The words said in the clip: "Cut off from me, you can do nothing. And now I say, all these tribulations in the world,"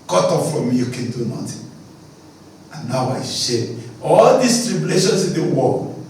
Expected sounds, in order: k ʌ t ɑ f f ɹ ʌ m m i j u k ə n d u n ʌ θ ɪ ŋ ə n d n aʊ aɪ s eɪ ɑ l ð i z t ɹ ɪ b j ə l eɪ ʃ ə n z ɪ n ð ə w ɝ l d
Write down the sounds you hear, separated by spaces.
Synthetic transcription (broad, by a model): k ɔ t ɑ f f ɹ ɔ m m i j u k ə n d u n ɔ t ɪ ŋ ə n n aʊ aɪ ʃ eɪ ɑ l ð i s t ɹ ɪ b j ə l eɪ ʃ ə n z ɪ n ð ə w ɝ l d